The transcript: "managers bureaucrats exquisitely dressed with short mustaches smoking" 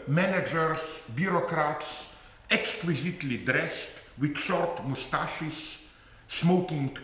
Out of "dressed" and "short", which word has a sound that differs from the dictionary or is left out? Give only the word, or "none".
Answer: none